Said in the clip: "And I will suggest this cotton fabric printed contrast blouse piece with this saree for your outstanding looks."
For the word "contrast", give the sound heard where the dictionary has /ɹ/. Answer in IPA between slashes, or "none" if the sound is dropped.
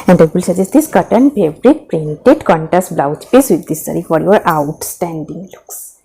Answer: none